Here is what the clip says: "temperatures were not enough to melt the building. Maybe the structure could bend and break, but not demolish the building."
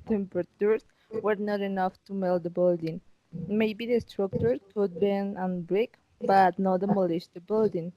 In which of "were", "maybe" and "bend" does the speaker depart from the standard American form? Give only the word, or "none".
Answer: bend